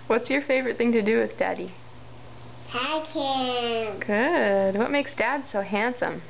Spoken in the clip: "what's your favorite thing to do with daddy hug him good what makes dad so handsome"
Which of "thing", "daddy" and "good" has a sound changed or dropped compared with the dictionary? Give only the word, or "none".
none